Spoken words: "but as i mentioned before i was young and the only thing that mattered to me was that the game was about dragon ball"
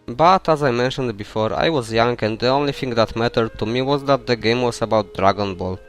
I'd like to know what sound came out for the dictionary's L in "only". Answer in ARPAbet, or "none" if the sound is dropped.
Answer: L